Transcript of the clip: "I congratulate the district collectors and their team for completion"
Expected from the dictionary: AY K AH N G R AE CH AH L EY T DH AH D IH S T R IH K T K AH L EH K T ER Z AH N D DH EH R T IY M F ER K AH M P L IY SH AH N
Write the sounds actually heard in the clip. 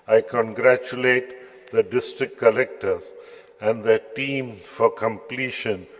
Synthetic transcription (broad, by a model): AY K AH N G R AE CH AH L EY T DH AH D IH S T R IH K K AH L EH K T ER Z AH N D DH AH T IY M F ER K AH M P L IY SH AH N